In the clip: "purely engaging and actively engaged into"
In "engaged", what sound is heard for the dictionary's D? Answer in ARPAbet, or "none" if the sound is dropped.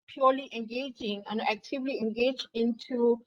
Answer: none